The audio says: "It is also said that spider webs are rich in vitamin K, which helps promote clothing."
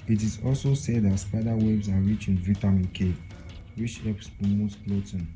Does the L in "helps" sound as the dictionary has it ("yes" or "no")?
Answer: no